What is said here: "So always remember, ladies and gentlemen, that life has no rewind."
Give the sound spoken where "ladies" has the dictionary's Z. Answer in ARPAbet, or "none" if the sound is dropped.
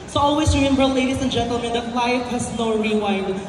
S